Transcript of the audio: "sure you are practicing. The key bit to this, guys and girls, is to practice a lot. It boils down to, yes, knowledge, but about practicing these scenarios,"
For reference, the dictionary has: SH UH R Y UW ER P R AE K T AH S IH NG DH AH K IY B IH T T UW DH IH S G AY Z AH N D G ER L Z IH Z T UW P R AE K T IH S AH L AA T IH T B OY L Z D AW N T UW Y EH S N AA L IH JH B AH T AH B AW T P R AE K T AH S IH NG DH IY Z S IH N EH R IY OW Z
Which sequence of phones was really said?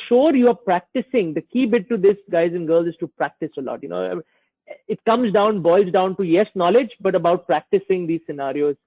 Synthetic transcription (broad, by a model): SH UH R Y UW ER P R AE K T AH S IH NG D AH K IY B IH T T UW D IH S G AY Z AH N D G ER L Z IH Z T UW P R AE K T IH S AH L AA T IH T B OY L Z D AW N T UW Y EH S N AA L IH JH B AH T AH B AW T P R AE K T AH S IH NG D IY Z S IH N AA R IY OW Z